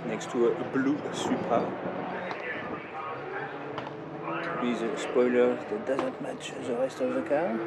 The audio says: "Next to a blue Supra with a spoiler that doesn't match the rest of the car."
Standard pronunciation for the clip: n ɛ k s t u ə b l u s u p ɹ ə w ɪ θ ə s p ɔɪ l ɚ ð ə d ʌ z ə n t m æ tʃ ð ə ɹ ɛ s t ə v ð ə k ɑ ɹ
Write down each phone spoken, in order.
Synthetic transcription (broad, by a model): n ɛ k s t u ə b l u s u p ə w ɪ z ə s p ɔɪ l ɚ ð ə d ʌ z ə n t m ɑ tʃ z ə ɹ ɛ s t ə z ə k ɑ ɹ